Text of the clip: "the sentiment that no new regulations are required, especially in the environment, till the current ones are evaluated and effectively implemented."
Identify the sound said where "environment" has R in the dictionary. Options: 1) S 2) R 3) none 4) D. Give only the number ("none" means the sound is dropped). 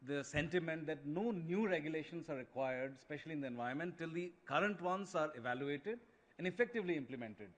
3